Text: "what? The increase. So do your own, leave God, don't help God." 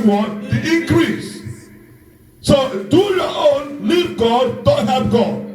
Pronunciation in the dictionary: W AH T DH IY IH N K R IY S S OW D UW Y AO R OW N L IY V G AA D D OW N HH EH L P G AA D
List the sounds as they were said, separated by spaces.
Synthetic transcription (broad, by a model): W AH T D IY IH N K R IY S S OW D UW Y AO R OW N L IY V G AA D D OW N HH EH P G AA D